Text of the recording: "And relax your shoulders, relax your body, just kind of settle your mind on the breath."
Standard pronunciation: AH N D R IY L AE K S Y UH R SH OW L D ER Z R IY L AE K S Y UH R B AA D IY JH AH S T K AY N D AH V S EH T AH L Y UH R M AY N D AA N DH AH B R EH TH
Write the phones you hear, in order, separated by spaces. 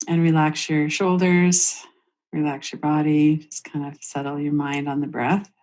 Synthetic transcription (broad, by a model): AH N R IY L AE K S Y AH R SH OW L D ER Z R IY L AE K S Y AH R B AA D IY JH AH S K AY N D AH V S EH T L Y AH R M AY N D N DH AH B R EH TH